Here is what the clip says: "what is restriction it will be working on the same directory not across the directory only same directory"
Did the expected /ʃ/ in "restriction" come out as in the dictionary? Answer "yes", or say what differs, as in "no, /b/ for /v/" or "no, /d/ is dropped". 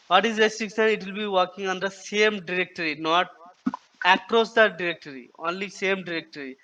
no, /s/ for /ʃ/